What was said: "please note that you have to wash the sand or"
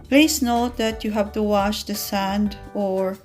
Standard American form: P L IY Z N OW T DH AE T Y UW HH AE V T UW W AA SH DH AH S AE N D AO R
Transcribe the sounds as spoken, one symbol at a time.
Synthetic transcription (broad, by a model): P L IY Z N OW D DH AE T Y UW HH AE V T UW W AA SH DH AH S AE N D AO R